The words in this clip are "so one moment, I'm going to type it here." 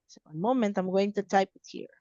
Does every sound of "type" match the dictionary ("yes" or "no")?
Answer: yes